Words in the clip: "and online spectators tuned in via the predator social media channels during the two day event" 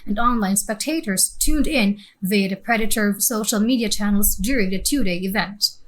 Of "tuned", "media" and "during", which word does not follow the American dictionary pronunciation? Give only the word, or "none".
none